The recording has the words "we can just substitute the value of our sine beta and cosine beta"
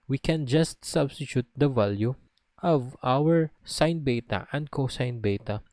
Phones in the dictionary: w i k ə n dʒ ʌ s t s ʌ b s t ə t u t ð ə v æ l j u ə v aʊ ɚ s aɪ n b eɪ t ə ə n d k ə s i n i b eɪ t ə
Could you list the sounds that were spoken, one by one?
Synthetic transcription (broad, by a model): w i k ə n dʒ ʌ s t s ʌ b s t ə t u t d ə v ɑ l j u ə v aʊ ɚ s aɪ n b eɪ t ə ə n d k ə s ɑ n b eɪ t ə